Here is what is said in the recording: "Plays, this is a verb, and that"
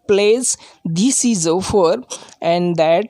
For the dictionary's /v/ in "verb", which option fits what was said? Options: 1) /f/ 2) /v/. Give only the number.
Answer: 1